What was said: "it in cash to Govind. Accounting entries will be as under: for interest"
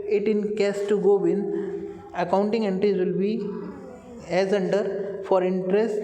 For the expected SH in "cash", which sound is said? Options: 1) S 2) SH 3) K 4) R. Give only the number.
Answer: 1